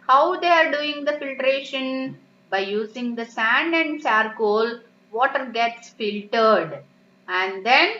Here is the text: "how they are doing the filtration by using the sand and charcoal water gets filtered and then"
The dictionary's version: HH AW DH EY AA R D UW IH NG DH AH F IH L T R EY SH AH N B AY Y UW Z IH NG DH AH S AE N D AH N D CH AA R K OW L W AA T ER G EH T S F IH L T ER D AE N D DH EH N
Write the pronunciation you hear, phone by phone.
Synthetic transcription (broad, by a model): HH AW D EY AA R D UW IH NG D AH F IH L T R EY SH AH N B AY Y UW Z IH NG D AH S AE N D AH N D S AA R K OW L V AA T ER G EH T S F IH L T ER D AE N D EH N